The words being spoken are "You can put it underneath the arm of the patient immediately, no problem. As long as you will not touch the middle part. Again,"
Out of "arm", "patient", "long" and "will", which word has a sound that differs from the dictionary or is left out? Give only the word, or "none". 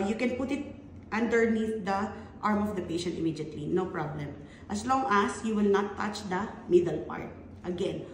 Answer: none